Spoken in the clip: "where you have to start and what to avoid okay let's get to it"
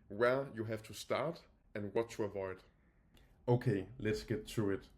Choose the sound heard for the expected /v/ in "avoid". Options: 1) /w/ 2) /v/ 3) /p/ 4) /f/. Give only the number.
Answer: 2